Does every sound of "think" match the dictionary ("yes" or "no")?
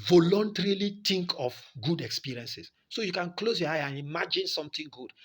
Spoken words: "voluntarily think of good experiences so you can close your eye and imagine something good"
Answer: no